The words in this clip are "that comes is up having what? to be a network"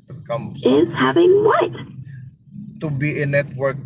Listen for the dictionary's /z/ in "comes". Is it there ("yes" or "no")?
no